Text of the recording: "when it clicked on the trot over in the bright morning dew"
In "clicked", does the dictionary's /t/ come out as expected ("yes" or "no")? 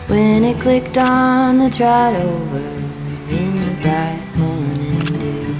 yes